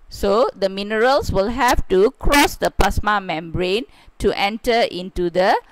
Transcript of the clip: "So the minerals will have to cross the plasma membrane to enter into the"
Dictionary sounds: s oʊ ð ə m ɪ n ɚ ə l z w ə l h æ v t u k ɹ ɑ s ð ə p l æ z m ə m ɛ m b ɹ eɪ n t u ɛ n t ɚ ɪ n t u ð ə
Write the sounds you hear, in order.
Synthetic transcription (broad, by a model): s oʊ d ə m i n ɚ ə l s w ə l h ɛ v t u k ɹ ɑ s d ə p l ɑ s m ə m ɛ m b ɹ eɪ n t u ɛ n t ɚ ɪ n t u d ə